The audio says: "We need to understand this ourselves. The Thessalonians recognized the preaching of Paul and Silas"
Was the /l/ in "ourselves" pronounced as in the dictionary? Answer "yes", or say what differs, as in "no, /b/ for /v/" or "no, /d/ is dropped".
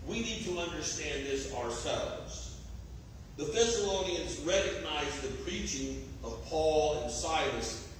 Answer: yes